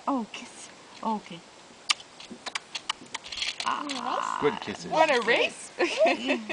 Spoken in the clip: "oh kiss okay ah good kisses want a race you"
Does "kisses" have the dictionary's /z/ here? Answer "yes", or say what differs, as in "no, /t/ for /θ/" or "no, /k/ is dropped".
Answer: no, /z/ is dropped